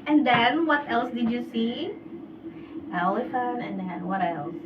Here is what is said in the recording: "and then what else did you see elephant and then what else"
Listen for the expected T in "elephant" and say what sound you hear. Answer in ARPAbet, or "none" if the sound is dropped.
none